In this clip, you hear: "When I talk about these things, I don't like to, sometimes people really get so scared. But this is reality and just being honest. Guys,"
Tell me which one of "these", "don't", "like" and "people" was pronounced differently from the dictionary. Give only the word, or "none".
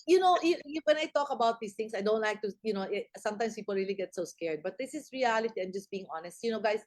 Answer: these